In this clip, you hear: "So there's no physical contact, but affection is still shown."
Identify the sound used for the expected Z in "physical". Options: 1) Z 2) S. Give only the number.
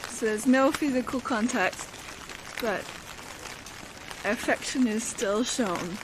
1